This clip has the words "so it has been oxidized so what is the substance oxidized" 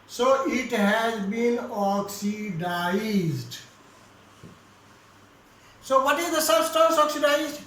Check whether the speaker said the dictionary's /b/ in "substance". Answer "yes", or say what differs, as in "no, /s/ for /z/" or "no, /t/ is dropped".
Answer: no, /b/ is dropped